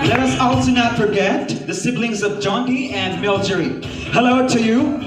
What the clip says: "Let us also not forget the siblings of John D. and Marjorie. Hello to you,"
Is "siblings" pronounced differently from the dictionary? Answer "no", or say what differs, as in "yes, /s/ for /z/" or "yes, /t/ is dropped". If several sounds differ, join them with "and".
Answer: no